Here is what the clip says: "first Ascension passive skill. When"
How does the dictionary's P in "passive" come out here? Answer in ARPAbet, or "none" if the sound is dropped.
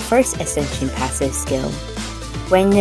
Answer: P